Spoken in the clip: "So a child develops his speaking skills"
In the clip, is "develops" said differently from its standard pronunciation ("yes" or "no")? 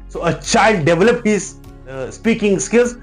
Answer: yes